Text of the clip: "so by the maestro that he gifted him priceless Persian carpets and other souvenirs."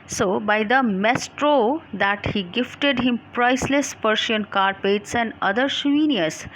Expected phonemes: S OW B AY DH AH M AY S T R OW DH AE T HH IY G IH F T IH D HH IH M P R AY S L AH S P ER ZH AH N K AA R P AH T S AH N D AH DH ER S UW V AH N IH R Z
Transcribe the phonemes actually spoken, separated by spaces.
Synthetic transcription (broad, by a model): S OW B AY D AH M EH S T R OW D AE T HH IY G IH F T IH D HH IH M P R AY S L AH S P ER SH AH N K AA R P AH T S AH N D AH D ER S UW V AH N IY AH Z